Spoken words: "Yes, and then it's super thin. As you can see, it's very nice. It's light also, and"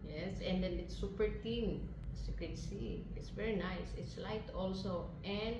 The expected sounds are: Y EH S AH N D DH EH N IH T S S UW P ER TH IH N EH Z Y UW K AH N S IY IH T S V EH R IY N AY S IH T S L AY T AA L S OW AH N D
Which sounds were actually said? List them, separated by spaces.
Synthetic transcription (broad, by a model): Y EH S AH N D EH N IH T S S UW P ER T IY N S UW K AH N S IY IH T S V EH R IY N AY S IH T S L AY T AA L S OW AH N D